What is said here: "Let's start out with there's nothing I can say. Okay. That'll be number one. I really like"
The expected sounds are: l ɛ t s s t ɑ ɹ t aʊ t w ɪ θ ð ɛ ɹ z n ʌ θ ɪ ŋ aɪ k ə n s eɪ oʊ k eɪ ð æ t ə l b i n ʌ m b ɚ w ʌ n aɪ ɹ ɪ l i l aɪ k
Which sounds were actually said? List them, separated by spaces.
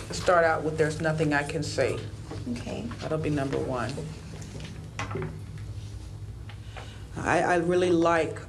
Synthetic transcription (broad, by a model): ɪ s s t ɑ ɹ t aʊ t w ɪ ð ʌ ɹ z n ʌ θ ɪ ŋ aɪ k ə n s eɪ oʊ k eɪ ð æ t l b i n ʌ m b ɚ w ʌ n aɪ ɹ ɪ l i l aɪ k